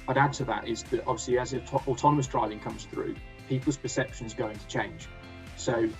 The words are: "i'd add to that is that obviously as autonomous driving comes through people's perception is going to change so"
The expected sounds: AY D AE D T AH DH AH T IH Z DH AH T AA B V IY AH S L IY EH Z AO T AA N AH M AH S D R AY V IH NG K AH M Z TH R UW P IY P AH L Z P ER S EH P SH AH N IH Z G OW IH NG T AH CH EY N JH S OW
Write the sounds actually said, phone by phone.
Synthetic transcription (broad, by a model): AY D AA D T AH DH AH T IH Z DH AH T AA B V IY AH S L IY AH Z AO T AA N AH M AH S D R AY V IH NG K AH M Z TH R UW P IY P AH L Z P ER S EH P SH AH N Z G OW IH NG T AH CH EY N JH S OW